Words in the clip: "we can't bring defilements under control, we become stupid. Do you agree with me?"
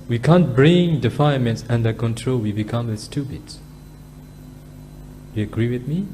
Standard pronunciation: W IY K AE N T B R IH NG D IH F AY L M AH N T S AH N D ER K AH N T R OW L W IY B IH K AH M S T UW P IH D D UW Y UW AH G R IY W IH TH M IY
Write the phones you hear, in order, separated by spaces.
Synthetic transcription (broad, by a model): W IY K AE N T B R IH NG D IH F AY N M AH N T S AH N D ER K AH N T R OW L W IY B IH K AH M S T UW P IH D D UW Y UW AH G R IY W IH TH M IY